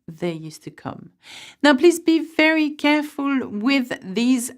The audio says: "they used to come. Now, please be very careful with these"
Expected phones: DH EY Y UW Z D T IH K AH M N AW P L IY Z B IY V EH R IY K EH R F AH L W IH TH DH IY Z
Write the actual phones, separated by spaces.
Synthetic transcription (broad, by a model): DH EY Y UW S T IH K AH M N AW P L IY Z B IY V EH R IY K EH R F AH L W IH DH IY Z